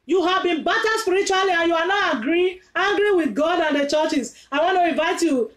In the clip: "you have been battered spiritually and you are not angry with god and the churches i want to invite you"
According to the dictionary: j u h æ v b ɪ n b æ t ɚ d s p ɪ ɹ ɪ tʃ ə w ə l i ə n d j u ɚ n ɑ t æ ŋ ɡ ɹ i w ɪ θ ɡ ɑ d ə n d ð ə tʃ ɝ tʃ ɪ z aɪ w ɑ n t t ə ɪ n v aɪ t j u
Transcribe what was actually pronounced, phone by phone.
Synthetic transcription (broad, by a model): j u h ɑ v b ɪ n b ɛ t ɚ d s p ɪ ɹ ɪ tʃ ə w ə l i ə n j u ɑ n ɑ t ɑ ŋ ɡ ɹ i w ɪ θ ɡ ɑ d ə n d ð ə tʃ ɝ tʃ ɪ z aɪ w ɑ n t t ə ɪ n v aɪ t j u